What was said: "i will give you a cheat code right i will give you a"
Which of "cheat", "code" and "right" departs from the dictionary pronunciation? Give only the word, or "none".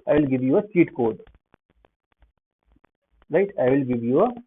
cheat